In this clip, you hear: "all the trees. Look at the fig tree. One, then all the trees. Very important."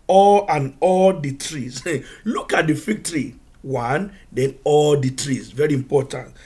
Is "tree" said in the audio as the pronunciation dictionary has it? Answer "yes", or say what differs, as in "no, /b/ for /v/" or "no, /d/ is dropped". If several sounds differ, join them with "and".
yes